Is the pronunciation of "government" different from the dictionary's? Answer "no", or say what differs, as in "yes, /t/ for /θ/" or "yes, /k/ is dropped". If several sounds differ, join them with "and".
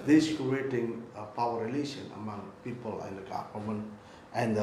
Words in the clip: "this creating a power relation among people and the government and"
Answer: yes, /f/ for /v/